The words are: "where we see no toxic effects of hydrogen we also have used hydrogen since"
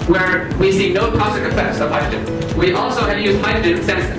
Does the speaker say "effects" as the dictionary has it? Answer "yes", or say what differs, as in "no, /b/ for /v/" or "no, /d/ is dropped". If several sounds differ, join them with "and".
no, /k/ is dropped